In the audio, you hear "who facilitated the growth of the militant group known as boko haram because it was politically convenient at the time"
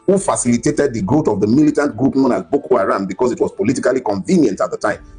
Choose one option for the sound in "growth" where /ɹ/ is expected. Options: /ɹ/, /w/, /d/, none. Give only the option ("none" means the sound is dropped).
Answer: none